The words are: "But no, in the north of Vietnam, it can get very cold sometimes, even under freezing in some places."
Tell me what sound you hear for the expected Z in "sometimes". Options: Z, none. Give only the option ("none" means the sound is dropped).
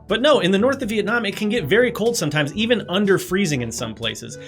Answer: Z